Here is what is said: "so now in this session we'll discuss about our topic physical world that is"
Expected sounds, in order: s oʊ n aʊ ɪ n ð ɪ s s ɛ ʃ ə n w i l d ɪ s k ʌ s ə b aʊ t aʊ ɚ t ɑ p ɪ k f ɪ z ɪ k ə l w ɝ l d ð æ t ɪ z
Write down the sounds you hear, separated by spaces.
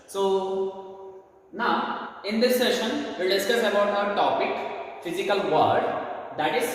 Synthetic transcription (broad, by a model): s oʊ n aʊ ɪ n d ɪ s s ɛ ʃ ə n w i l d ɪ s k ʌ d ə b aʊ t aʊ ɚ t ɑ p ɪ k f ɪ z ɪ k ə l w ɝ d d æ t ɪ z